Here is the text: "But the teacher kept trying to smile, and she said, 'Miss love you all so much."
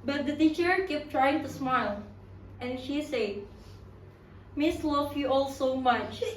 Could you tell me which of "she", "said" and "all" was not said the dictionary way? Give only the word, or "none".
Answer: none